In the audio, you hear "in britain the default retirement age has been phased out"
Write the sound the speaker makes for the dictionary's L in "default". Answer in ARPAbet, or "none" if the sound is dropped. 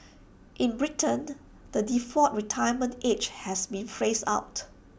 none